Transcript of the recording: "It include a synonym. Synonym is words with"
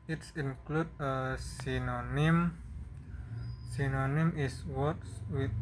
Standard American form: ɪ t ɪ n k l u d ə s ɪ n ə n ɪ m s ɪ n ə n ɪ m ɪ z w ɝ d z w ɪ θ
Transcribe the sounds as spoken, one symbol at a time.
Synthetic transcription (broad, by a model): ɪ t ɪ n k l u d ə s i n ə n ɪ m s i n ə n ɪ m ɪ s w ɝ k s w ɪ